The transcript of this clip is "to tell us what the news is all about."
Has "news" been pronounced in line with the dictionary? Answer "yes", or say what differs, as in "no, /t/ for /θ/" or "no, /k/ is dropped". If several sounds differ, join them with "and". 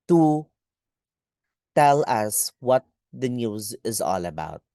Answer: yes